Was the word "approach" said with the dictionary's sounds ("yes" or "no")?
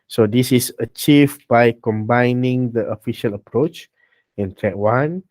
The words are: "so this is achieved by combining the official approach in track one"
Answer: yes